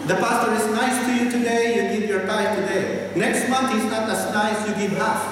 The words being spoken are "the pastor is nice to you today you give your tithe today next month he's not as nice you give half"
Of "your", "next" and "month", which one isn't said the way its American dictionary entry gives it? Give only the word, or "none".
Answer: month